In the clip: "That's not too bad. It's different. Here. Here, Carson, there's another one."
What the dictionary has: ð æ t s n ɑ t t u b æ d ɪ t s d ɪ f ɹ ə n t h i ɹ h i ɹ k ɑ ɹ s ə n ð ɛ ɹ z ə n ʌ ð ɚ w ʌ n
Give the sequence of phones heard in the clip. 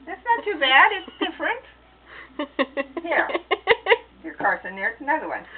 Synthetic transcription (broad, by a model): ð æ t s n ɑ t t u b æ d ɪ t s d ɪ f ɹ ə n t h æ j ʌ ɹ k ɑ ɹ s ə n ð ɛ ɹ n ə ɪ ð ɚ w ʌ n